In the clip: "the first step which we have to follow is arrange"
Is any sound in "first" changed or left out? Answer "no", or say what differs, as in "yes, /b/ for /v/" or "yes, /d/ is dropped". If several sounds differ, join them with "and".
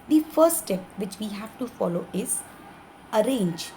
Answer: yes, /s/ is dropped